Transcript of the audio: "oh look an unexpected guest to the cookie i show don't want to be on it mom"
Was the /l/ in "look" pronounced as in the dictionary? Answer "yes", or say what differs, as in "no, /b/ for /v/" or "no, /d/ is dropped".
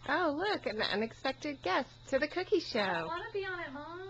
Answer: yes